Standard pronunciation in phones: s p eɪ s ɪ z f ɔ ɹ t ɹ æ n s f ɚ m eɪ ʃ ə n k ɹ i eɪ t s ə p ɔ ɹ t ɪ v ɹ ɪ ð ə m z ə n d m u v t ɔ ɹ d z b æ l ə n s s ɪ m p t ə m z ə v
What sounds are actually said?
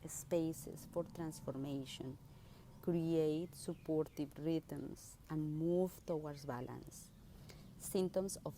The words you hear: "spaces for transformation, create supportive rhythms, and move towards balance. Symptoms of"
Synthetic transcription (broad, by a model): s p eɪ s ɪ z f ɔ ɹ t ɹ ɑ n s f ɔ m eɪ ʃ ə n k ɹ i eɪ t s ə p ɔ ɹ t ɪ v ɹ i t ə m s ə n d m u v t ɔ w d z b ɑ l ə n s s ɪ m t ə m s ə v